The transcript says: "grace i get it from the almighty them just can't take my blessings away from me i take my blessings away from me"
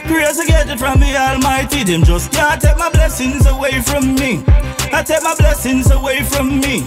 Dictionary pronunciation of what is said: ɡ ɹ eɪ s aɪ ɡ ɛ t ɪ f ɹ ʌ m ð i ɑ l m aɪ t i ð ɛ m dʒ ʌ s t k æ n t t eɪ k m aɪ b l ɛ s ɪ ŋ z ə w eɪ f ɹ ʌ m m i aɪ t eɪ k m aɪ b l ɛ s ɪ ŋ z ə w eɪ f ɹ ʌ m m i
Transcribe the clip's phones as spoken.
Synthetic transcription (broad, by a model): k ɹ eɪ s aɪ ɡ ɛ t ɪ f ɹ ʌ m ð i ɑ l m aɪ t i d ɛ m dʒ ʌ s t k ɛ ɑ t t eɪ k m aɪ b l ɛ s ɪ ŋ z ə w eɪ f ɹ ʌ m m i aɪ t eɪ k m aɪ b l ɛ s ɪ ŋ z ə w eɪ f ɹ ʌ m m i